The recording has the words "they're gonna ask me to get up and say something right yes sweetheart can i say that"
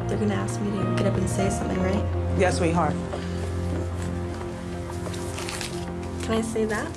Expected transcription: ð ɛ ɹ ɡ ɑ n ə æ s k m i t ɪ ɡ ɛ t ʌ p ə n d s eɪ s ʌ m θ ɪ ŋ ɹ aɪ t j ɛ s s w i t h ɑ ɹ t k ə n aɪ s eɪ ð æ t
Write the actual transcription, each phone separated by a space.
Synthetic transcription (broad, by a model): ð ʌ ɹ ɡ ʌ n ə æ s k m i t ɪ ɡ ɛ t ʌ p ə n s eɪ s ʌ m θ ɪ ŋ ɹ aɪ t j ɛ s s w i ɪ h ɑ ɹ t k ə n aɪ s eɪ ð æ t